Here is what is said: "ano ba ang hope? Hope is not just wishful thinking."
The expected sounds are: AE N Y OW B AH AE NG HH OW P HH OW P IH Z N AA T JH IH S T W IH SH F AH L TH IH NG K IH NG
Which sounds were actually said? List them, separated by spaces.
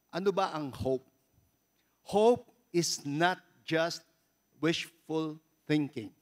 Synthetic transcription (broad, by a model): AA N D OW B AH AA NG HH OW P HH OW P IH S N AA T JH IH S T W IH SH F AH L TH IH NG K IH NG